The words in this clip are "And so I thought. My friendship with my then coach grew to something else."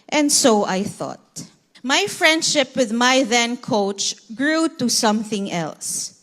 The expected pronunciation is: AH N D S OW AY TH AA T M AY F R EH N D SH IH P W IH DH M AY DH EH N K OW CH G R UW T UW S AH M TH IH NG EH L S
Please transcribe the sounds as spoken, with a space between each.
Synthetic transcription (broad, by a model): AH N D S OW AY TH AA T M AY F R EH N D SH IH P W IH DH M AY DH EH N K OW CH G R UW T UW S AH M TH IH NG EH L S